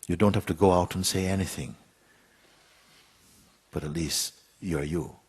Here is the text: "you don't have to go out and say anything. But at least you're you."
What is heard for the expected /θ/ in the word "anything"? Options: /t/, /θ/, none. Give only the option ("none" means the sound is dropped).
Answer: /θ/